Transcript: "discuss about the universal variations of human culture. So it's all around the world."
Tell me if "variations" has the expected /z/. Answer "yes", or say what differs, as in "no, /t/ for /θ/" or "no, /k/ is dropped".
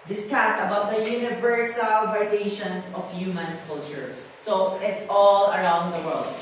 no, /s/ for /z/